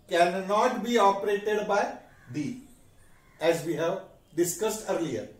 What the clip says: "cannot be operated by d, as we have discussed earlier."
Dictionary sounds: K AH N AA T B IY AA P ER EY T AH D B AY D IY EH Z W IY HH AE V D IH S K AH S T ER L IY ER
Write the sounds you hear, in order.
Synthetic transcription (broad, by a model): K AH N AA T B IY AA P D EY T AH D B AY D IY EH Z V IY HH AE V D IH S K AH S T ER L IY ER